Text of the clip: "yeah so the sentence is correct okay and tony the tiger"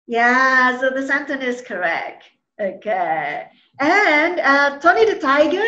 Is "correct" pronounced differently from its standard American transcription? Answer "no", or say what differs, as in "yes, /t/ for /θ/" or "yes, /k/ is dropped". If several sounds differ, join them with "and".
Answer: no